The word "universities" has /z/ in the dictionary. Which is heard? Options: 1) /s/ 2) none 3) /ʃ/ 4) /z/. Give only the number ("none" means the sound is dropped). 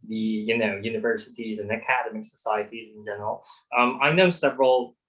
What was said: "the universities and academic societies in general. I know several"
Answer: 4